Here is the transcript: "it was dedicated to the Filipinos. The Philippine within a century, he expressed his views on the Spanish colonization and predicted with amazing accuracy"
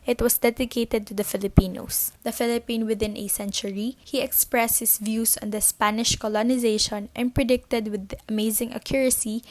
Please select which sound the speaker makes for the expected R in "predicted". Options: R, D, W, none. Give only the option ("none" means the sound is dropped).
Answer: R